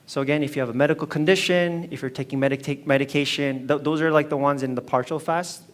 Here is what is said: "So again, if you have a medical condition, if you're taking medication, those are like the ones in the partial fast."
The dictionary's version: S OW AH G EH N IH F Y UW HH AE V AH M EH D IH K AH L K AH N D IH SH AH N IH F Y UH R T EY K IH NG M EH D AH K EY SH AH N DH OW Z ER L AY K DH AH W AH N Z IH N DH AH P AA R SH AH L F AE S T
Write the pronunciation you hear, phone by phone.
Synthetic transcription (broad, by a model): S OW AH G EH N IH F Y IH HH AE V AH M EH D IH K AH L K AH N D IH SH AH N IH F Y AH R T EY K IH NG M EH D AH K EY SH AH N DH OW Z ER L AY K DH AH W AH N Z IH N DH AH P AA R SH L F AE S T